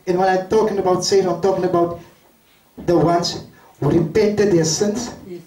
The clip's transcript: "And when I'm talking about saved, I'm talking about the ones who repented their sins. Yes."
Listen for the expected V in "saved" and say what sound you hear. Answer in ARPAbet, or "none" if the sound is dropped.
none